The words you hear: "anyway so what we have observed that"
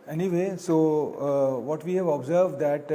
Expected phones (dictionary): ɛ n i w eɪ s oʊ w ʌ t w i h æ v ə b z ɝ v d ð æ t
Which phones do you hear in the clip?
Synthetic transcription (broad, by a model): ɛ n i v eɪ s oʊ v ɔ t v i h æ v ə b z ɝ v d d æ t